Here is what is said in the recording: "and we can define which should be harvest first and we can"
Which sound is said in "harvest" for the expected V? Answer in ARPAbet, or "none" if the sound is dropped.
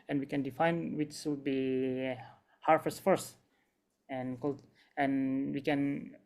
F